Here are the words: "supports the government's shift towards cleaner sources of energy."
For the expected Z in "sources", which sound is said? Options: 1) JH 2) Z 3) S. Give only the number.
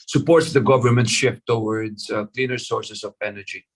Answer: 3